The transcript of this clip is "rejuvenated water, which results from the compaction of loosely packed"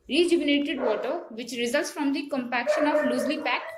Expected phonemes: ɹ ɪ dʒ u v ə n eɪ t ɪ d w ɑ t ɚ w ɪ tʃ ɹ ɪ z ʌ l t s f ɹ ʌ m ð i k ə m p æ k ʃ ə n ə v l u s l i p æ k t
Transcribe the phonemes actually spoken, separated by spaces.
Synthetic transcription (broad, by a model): ɹ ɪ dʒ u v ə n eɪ t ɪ d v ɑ t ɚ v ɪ tʃ ɹ ɪ z ʌ l t s f ɹ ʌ m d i k ə m p æ k ʃ ə n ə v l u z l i p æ k t